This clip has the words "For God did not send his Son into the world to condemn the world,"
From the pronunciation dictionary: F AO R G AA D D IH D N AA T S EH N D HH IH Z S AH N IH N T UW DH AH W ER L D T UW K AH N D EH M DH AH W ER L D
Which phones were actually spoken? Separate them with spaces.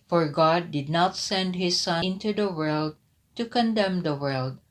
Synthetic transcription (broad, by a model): F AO R G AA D D IH D N AA T S EH N D HH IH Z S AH IH N T UW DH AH W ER L D T UW K AH N D EH M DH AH W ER L D